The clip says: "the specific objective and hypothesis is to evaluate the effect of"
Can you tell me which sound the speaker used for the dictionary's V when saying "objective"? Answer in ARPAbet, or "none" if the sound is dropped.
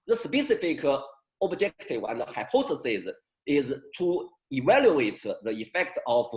W